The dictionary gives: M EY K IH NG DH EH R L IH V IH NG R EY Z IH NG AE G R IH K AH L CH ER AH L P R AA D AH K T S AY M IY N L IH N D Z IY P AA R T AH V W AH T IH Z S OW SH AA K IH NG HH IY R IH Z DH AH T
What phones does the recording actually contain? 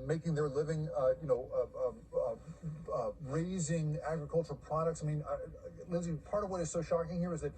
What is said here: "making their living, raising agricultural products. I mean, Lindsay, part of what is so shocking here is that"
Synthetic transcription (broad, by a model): M EY K IH NG DH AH R L IH V IH NG R EY Z IH NG AE G R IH K AH L CH ER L P R AA D AH K T S AY M IY N L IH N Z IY P AA R T AH V W AH T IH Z S OW SH AA K IH NG HH IY R IH Z DH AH T